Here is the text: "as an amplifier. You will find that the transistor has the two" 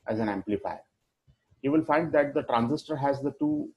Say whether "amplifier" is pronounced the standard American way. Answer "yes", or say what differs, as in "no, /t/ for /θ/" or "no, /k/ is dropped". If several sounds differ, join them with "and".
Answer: yes